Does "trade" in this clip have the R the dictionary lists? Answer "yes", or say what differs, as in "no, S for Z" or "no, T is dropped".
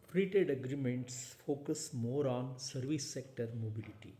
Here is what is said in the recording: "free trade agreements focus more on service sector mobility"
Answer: no, R is dropped